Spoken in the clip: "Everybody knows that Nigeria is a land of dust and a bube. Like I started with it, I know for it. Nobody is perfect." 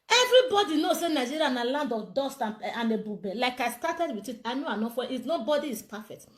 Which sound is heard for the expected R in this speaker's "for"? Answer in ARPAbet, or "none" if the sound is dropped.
W